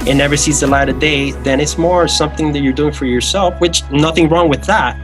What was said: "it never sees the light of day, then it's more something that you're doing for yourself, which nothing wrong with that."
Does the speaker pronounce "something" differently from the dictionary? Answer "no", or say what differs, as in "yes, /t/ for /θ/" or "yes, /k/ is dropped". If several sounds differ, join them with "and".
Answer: no